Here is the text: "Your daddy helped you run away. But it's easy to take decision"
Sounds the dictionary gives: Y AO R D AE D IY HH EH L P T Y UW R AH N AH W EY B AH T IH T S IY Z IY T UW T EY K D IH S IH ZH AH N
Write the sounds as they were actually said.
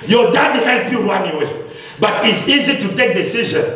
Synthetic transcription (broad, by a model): Y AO D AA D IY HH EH N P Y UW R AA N AH W EY B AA T IH T S IY Z IY T UW T EY K D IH S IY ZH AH N